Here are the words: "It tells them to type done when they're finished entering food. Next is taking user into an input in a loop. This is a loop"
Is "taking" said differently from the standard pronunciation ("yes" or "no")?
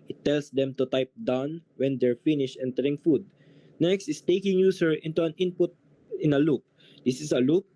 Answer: no